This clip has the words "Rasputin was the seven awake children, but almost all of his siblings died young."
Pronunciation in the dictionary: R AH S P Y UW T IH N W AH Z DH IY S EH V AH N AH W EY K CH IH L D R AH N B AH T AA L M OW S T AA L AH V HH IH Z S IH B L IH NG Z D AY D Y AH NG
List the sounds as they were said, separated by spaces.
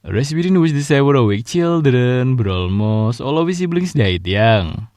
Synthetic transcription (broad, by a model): R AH S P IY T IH N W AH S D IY S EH W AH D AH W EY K CH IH L D R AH N B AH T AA L M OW S AA L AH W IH S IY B L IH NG S D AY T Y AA NG